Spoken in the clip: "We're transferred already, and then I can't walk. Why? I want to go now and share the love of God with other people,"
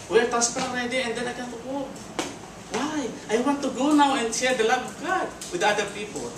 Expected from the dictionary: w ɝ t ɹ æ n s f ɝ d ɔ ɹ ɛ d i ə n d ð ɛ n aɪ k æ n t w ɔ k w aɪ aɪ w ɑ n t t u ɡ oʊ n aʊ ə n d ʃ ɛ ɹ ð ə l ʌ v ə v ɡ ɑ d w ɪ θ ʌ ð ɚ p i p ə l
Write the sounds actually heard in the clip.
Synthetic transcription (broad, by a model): w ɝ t æ s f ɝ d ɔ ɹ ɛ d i ə n d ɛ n aɪ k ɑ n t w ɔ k w aɪ aɪ w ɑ n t t u ɡ oʊ n aʊ ə n d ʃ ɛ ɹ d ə l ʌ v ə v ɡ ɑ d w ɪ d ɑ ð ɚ p i p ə l